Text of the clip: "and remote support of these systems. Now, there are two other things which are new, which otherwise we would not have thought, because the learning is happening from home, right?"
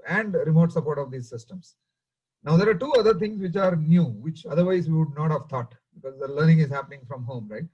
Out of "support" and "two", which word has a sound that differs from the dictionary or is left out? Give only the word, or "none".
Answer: none